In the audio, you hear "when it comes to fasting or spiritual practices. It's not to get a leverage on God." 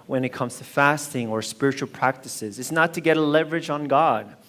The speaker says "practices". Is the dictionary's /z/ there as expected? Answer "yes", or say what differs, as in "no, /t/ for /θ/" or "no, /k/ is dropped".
yes